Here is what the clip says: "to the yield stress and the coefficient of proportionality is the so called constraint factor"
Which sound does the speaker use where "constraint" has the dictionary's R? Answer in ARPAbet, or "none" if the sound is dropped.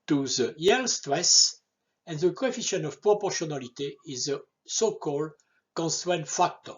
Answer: W